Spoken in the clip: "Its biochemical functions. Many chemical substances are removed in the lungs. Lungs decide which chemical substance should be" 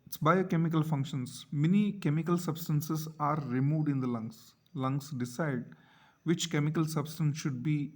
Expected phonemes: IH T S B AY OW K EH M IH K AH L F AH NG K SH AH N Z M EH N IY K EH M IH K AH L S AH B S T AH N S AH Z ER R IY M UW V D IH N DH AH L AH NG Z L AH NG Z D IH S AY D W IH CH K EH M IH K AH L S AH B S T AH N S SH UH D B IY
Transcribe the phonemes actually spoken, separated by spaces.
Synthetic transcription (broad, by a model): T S B AY OW K EH M IH K AH L F AH NG K SH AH N S M EH N IY K EH M IH K AH L S AH B S T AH N S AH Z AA R IY M UW V D IH N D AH L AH NG S L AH NG S D IH S AY D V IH CH K EH M IH K AH L S AH B S T AH N S SH UH D B IY